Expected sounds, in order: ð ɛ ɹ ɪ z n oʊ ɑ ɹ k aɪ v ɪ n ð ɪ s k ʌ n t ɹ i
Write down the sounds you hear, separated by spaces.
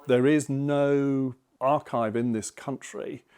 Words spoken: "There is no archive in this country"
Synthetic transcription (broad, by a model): ð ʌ ɹ ɪ z n oʊ ɑ ɹ k aɪ v ɪ n ð ɪ s k ʌ n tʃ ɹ i